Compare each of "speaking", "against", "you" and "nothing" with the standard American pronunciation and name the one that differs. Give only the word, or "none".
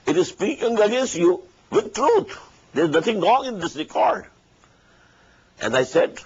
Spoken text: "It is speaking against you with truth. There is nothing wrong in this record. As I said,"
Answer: nothing